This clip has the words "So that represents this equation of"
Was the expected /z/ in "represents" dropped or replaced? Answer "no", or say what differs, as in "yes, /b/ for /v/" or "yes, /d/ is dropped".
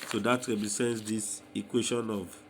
yes, /s/ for /z/